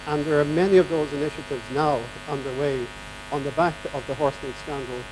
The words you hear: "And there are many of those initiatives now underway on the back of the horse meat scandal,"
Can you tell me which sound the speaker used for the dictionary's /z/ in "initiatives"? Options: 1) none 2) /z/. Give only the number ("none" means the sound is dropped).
2